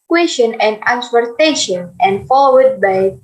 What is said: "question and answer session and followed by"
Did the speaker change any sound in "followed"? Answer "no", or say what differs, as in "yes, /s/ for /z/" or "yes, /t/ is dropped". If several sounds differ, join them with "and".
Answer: yes, /w/ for /l/